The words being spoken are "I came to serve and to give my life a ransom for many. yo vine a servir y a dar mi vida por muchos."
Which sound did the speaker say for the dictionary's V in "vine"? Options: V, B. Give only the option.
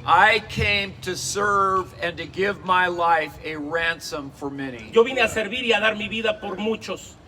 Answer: B